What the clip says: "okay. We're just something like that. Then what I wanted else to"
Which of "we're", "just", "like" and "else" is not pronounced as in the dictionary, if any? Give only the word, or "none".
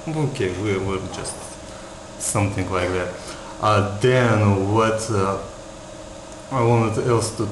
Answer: we're